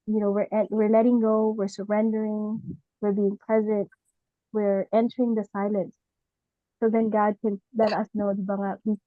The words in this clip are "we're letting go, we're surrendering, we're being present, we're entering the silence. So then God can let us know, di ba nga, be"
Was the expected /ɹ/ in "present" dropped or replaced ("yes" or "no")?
yes